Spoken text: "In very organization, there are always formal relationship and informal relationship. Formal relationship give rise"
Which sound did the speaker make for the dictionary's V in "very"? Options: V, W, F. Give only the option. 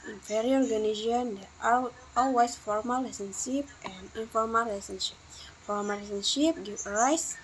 F